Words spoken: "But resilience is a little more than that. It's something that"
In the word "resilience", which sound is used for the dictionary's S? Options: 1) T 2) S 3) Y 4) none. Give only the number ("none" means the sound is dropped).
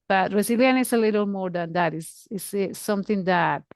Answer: 4